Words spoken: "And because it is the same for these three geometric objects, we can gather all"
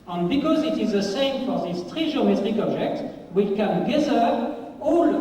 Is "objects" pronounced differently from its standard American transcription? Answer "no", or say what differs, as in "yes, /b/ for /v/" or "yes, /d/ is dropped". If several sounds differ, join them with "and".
yes, /s/ is dropped